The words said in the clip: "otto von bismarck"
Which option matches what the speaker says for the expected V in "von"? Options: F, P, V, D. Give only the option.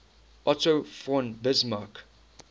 F